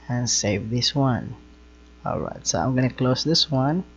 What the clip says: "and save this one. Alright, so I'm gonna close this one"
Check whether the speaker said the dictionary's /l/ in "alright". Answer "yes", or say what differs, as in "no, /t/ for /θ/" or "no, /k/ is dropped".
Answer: yes